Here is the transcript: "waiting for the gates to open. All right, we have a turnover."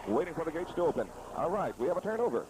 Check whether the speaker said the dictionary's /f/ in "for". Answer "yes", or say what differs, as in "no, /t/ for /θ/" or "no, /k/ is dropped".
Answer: yes